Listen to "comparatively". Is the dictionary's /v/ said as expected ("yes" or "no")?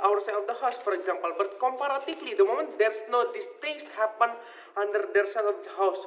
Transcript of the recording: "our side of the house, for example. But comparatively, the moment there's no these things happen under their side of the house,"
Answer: no